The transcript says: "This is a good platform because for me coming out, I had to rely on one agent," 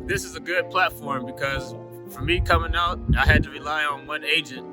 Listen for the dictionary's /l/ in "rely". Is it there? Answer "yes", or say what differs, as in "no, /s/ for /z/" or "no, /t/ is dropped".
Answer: yes